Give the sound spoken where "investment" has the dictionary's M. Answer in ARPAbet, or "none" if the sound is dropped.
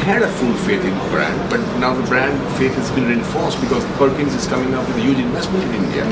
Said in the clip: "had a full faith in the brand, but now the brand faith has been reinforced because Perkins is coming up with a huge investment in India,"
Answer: M